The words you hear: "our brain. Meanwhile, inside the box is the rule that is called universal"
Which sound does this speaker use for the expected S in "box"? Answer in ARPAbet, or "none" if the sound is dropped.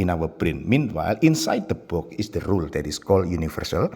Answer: none